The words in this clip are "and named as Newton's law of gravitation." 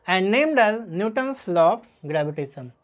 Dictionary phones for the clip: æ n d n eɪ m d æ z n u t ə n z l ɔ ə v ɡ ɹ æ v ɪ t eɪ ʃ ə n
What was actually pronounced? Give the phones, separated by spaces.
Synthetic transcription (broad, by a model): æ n d n eɪ m d æ z n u t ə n s l ɔ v ɡ ɹ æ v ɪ t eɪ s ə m